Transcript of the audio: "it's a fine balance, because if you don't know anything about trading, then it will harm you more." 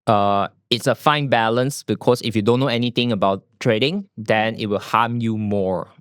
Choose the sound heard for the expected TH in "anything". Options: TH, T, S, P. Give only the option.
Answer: T